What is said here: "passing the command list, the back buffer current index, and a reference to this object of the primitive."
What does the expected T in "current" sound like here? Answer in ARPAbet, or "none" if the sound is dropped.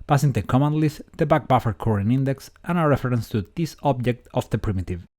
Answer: none